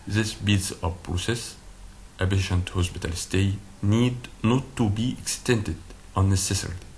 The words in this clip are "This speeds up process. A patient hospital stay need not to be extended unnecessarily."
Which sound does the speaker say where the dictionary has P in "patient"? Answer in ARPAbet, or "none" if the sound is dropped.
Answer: B